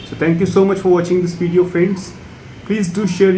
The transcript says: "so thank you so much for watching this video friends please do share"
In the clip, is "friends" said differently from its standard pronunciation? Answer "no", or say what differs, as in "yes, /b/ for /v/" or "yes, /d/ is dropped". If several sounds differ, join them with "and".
yes, /ɹ/ is dropped